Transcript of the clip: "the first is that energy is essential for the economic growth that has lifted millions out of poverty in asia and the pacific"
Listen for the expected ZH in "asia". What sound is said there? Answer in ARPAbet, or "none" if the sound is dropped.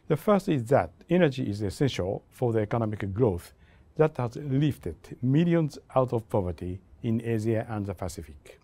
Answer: Z